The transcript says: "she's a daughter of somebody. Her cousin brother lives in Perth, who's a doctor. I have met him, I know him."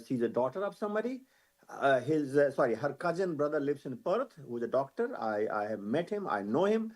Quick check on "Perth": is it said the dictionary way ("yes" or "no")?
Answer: no